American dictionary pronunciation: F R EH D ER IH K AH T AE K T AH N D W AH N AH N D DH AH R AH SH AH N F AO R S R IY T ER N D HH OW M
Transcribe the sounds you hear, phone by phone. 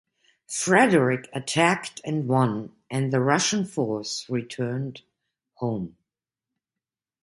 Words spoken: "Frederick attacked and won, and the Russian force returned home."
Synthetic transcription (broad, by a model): F R EH D ER IH K AH T AE K T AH N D W AH N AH N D DH AH R AH SH AH N F AO R S R IY T ER N D HH OW M